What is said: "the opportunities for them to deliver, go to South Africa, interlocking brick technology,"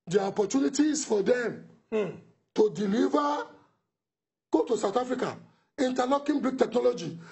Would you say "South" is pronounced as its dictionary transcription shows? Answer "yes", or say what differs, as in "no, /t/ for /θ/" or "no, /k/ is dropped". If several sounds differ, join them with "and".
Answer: no, /t/ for /θ/